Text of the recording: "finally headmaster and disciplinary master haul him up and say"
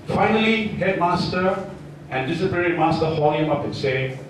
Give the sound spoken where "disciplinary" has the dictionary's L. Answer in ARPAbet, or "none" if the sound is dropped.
none